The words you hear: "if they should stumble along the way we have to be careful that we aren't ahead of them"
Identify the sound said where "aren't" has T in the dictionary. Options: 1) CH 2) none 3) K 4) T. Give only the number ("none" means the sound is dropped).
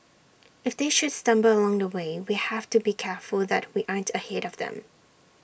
4